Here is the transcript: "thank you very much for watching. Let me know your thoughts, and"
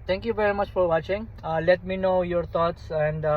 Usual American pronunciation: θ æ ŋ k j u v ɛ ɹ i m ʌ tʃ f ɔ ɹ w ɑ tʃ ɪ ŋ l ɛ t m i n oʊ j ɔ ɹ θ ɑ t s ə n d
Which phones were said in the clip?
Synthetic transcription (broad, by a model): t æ ŋ k j u v ɛ ɹ i m ʌ tʃ f ɔ ɹ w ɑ tʃ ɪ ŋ l ɛ t m i n oʊ j ɔ ɹ t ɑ t s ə n d